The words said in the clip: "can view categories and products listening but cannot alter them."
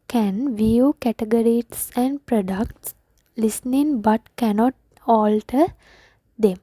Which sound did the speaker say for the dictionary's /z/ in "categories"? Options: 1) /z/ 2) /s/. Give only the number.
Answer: 2